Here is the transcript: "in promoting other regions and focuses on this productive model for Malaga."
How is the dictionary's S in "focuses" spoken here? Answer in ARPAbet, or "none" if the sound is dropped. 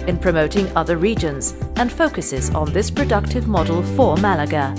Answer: S